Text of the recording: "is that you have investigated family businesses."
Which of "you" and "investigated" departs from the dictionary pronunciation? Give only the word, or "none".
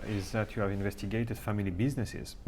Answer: none